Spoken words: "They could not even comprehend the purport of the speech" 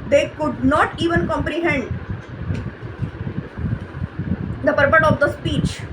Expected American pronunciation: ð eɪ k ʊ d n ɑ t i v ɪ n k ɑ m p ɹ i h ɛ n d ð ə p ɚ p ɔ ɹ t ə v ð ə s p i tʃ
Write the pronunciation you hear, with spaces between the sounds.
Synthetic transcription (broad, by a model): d eɪ k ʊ d n ɑ t i v ɪ n k ɑ m p ɹ i h ɛ n d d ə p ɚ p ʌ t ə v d ə s p i tʃ